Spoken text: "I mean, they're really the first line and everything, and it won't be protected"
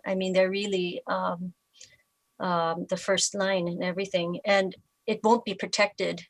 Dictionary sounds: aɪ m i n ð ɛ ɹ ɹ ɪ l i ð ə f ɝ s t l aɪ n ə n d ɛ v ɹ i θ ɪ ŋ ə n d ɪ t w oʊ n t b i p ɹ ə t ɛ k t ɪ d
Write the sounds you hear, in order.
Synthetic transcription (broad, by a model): aɪ m i n ð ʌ ɹ ɹ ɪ l i ð ə f ɝ s t l aɪ n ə n ɛ v ɹ i θ ɪ ŋ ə n ɪ t w oʊ n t b i p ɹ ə t ɛ k t ɪ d